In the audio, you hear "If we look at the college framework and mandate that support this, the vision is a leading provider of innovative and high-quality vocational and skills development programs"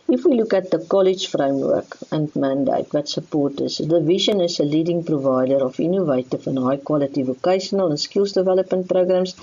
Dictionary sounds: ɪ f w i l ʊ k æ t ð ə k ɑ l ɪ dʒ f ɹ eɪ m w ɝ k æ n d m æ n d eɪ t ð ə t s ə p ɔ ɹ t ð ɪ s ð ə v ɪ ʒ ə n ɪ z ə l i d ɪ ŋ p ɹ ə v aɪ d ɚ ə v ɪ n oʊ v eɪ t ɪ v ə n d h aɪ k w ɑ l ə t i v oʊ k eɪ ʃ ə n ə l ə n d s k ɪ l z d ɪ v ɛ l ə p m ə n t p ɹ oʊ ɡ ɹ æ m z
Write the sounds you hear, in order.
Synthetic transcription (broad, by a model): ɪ f w i l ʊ k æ t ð ə k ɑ l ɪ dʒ f ɹ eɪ m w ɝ k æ n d m æ n d eɪ t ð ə t s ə p ɔ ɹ t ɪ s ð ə v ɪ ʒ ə n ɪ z ə l i d ɪ ŋ p ɹ ə v aɪ d ɚ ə f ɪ n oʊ v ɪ t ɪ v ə n h aɪ k w ɑ l ə t i v oʊ k eɪ ʃ ə n ə l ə n s k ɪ l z d ɪ v ɛ l ə p m ə n t p ɹ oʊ ɡ ɹ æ m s